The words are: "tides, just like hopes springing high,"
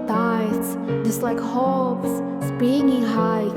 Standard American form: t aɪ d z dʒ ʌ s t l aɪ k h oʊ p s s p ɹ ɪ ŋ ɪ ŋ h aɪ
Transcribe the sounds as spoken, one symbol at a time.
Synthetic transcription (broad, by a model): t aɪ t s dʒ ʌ s t l aɪ k h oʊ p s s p ɪ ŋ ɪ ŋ h aɪ